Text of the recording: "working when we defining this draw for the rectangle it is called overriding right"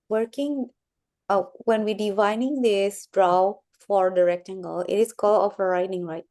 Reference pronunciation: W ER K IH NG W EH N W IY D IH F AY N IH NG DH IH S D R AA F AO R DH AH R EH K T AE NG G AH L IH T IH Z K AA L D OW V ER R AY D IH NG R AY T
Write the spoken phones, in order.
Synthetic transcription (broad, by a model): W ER K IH NG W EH N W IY D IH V AY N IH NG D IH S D R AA F AO R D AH R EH K T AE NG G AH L IH T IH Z K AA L OW F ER R AY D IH NG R AY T